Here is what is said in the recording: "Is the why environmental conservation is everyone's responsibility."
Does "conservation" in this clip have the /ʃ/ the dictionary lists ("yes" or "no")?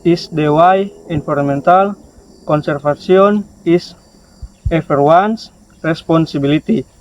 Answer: no